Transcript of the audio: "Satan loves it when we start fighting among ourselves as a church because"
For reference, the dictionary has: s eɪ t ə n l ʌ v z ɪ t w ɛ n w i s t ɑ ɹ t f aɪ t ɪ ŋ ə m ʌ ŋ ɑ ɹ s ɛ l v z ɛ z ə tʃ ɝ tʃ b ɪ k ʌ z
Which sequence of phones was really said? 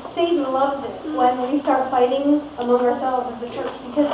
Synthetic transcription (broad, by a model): s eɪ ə l ʌ v z ɪ t w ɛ n w i s t ɑ ɹ t f aɪ t ɪ ŋ ə m ʌ ŋ ɑ ɹ s ɛ l v z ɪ z ə tʃ ɝ tʃ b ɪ k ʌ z